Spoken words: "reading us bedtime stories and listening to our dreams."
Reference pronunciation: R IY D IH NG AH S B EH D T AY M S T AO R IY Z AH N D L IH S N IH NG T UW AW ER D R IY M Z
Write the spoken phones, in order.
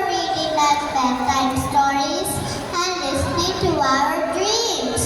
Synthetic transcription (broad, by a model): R IY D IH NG AH S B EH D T AY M S T AO R IY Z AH N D L IH S N IH NG T UW AW ER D R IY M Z